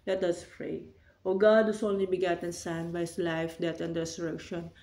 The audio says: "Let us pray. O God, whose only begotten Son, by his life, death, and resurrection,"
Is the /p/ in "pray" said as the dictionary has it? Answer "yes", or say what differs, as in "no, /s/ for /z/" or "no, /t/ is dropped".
no, /f/ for /p/